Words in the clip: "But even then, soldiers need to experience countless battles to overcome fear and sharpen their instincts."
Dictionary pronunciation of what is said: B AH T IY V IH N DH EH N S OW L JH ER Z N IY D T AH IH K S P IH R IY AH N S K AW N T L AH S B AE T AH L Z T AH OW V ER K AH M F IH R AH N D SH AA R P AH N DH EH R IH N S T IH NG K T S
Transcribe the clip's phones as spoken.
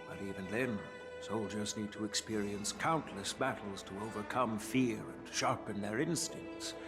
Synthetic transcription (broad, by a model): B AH T IY V IH N DH EH N S OW L JH ER Z N IY D T AH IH K S P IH R IY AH N S K AW N T L AH S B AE T L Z T AH OW V ER K AH M F IH R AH N SH AA R P AH N DH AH R IH N S T IH NG K T S